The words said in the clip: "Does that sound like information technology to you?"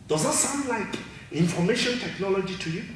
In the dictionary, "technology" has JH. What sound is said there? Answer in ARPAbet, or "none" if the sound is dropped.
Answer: JH